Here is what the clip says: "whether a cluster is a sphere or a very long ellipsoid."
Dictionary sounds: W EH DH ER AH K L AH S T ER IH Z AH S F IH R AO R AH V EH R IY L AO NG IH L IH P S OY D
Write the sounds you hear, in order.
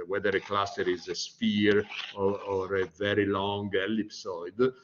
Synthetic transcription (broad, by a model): W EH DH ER AH K L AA S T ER IH Z AH S P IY R AO R AH V EH R IY L AO NG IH L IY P S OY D